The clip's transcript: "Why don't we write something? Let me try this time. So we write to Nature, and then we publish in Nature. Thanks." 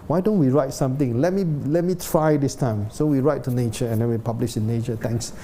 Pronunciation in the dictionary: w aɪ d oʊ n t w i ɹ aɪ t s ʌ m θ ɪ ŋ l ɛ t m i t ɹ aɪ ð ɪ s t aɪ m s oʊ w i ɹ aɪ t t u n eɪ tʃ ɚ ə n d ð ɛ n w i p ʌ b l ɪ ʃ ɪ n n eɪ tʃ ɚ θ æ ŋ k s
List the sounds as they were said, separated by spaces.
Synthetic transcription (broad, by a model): w aɪ d oʊ n t w i ɹ aɪ t s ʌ m t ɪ ŋ l ɛ t m i t ɹ aɪ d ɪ s t aɪ m s oʊ w i ɹ aɪ t t u n eɪ tʃ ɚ ə n d ɛ n w i p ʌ b l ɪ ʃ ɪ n n eɪ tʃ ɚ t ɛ ŋ k s